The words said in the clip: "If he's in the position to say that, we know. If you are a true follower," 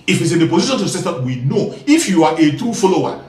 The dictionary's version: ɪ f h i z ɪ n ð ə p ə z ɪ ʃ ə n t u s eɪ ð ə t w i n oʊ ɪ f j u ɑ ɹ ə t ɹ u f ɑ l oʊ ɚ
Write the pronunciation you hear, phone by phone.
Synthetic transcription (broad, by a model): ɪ f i s ɪ n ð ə p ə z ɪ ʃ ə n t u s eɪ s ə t w i n oʊ ɪ f j u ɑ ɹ ə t u f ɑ l oʊ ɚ